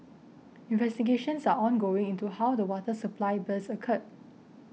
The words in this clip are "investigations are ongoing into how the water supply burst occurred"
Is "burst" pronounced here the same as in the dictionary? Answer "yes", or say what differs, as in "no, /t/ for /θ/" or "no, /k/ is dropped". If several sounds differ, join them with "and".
no, /t/ is dropped